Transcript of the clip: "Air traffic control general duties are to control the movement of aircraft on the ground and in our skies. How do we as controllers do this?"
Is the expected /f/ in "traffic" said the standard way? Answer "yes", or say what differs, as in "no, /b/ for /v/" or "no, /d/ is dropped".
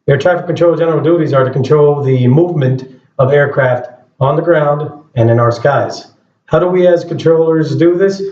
no, /f/ is dropped